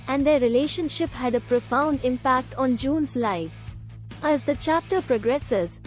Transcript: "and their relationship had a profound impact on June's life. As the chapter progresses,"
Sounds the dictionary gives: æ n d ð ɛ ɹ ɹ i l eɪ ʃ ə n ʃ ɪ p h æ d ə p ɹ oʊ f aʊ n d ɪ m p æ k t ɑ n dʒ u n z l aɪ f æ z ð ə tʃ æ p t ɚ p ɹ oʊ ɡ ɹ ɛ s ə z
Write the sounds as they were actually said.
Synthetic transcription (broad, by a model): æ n d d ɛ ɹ ɹ i l eɪ ʃ ə n ʃ ɪ p h æ d ə p ɹ oʊ f aʊ n d ɪ m p æ k t ɑ n dʒ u n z l aɪ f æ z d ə tʃ æ p t ɚ p ɹ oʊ ɡ ɹ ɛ s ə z